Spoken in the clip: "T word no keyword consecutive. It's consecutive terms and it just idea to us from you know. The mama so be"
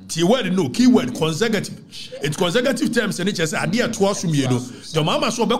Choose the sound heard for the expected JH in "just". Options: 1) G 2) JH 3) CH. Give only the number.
3